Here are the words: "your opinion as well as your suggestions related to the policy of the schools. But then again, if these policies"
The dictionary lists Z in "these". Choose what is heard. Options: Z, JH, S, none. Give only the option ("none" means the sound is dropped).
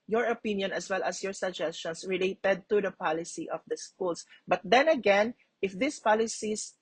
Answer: S